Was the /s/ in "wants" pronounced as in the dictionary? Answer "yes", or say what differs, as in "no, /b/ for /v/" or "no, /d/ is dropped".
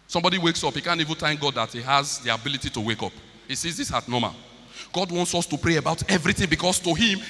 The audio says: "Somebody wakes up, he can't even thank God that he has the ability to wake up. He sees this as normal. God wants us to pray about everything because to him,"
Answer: yes